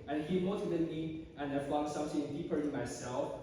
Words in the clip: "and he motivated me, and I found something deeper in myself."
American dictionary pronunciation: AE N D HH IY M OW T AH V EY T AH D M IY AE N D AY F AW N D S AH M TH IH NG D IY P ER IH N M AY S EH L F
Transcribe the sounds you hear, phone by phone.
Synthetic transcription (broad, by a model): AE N HH IY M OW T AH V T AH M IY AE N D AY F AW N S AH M S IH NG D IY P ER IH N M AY S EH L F